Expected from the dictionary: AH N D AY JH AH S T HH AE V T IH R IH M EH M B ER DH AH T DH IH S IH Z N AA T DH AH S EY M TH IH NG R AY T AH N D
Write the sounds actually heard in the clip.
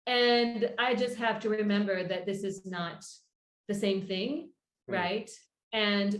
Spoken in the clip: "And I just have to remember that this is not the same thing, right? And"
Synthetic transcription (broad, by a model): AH N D AY JH AH S T HH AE F T IH R IH M EH M B ER DH AH T DH IH S IH Z N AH T DH AH S EY M TH IH NG R AY T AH N